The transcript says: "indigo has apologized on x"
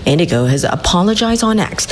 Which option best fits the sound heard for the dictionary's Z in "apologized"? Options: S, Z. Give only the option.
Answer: Z